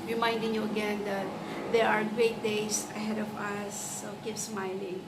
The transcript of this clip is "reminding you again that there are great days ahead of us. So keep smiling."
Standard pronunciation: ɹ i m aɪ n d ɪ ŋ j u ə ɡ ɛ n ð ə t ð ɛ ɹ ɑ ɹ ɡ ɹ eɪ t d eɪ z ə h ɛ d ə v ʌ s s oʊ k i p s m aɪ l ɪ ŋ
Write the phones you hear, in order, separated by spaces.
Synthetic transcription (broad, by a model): ɹ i m aɪ n d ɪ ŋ j u ə ɡ ɛ n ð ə t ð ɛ ɹ ɑ ɹ ɡ ɹ eɪ t d eɪ s ə h ɛ d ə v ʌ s s oʊ k i p s m aɪ l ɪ ŋ